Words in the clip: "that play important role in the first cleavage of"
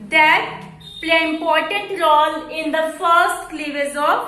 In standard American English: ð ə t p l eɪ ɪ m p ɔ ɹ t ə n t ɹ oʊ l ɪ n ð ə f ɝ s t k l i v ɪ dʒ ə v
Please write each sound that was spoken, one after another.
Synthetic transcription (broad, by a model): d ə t p l eɪ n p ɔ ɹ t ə t ɹ oʊ l ɪ n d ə f ɝ s t k l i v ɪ z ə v